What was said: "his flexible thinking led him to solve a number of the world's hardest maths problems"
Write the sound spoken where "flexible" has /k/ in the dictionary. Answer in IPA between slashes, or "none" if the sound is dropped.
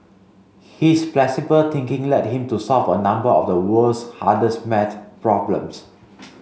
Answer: none